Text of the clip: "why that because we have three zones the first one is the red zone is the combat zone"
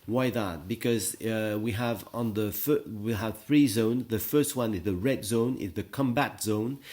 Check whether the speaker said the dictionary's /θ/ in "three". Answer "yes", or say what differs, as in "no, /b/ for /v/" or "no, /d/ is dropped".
yes